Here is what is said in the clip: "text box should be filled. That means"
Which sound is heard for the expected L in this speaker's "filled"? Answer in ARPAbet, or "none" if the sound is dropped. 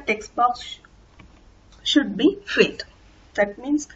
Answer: none